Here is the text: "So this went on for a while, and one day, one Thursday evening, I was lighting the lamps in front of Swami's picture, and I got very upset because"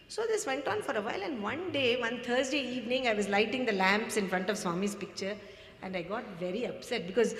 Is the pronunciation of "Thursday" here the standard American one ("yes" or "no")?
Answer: no